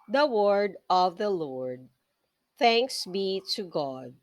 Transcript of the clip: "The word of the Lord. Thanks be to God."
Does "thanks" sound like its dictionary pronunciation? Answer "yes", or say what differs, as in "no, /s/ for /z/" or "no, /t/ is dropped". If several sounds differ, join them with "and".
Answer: yes